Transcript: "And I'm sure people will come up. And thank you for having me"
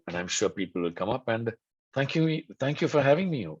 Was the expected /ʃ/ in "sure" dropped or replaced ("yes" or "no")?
no